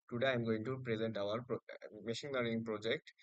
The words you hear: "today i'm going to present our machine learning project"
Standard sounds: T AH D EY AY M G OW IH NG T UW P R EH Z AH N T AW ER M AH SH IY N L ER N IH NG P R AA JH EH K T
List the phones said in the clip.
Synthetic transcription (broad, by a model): T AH D EY AY M G OW IH NG T UW P R EH Z AH N T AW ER M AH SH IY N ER IH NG P R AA JH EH K T